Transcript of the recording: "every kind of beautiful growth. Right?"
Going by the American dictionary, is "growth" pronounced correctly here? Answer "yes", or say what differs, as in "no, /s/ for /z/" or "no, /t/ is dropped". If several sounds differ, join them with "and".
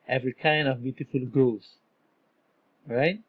no, /ɹ/ is dropped and /s/ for /θ/